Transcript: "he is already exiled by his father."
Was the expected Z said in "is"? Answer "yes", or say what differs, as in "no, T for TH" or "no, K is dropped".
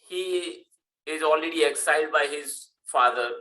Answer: yes